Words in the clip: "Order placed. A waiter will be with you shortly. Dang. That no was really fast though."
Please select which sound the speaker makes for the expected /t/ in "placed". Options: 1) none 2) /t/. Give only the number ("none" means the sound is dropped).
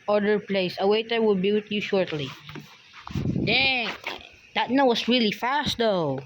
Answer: 1